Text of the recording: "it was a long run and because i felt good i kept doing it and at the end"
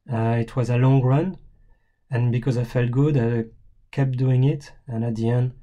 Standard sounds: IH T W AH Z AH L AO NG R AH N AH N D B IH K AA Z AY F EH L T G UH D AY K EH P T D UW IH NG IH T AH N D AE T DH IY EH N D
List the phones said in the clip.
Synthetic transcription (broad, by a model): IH T W AH Z AH L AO NG R AH N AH N B IH K AA Z AY F EH L T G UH D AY K EH P D UW IH NG IH T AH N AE T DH IY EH N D